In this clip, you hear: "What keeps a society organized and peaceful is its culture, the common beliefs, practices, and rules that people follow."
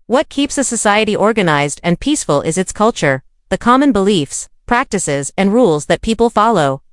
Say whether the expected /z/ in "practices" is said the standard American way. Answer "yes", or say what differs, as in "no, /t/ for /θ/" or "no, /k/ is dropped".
yes